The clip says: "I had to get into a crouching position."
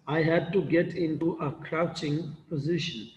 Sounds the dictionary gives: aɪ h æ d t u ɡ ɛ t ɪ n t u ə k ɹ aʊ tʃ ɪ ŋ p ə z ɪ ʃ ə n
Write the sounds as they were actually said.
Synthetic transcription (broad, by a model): aɪ h æ d t u ɡ ɛ t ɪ n t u ə k ɹ aʊ tʃ ɪ ŋ p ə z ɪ ʃ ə n